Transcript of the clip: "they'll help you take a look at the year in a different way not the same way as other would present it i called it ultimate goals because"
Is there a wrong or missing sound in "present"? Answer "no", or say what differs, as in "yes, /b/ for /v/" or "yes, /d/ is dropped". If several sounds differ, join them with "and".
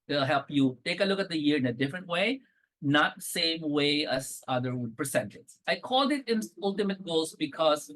yes, /s/ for /z/